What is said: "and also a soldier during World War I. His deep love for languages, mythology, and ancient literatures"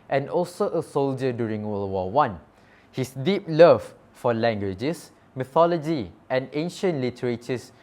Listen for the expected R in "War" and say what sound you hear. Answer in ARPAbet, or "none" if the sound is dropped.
W